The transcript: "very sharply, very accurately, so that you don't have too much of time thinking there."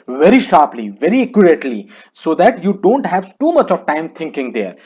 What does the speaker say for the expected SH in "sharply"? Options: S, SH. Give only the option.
SH